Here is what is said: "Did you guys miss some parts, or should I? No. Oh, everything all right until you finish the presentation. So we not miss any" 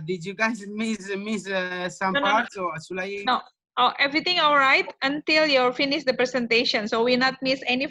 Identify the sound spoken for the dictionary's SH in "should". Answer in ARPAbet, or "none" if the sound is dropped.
S